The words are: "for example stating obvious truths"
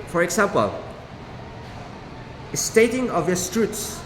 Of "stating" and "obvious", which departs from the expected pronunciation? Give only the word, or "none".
obvious